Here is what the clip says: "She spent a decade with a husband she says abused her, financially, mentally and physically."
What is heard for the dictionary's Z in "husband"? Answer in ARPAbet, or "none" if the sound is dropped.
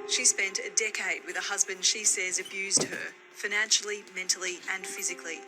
Z